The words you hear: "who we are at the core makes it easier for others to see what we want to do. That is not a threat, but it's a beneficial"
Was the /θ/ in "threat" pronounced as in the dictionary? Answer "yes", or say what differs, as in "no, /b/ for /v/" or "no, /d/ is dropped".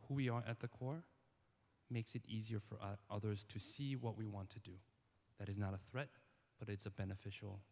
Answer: yes